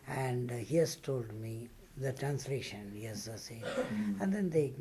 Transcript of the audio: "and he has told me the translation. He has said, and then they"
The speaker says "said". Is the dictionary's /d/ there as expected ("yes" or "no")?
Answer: no